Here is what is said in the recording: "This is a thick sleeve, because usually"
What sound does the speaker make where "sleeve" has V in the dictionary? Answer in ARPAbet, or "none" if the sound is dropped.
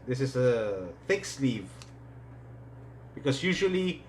V